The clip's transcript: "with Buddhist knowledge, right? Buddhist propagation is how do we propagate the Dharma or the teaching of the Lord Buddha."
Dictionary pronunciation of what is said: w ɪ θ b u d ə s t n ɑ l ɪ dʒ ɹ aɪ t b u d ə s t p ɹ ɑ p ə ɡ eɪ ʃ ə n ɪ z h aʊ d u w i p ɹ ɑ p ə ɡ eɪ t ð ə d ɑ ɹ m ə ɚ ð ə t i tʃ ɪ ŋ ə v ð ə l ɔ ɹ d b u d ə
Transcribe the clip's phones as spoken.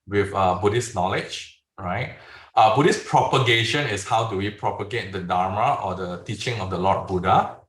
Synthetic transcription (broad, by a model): w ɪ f b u d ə s n ɑ l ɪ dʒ ɹ aɪ t b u d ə s p ɹ ɑ p ə ɡ eɪ ʃ ə n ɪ s h aʊ d u w i p ɹ ɑ p ə ɡ eɪ t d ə d ɑ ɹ m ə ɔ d ə t i tʃ ɪ ŋ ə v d ə l ɔ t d b u d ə